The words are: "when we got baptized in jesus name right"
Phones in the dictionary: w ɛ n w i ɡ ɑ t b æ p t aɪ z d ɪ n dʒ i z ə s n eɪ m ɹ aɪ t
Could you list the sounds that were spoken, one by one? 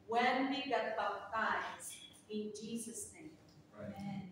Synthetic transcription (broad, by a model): w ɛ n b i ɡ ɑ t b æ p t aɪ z ɪ n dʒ i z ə s n eɪ m